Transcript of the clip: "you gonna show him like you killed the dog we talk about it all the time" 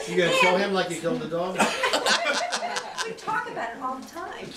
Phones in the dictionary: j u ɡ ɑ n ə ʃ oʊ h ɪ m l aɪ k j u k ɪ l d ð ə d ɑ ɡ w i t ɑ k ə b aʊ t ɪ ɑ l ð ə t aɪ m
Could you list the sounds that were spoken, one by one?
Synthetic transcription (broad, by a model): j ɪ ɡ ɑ ə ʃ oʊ h ɪ m l aɪ k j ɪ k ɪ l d ð ə d ɑ ɡ w i t ɑ k ə b aʊ t ɪ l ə t aɪ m